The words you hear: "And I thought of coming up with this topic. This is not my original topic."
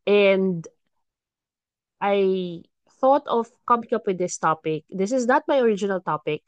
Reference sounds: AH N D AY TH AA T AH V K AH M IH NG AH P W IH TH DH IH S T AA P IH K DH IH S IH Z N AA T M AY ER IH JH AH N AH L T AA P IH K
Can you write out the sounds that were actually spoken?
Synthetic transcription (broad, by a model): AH N D AY TH AA T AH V K AH M IH NG AH P W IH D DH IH S T AA P IH K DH IH S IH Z N AA T M AY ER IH JH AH N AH L T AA P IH K